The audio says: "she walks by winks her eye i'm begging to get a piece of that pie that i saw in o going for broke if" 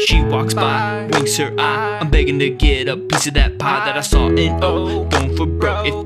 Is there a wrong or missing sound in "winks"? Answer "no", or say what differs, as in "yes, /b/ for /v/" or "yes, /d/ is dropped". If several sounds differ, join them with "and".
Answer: yes, /ŋ/ is dropped